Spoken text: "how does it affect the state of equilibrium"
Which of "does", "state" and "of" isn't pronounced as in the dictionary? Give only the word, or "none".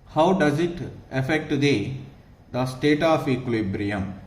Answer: of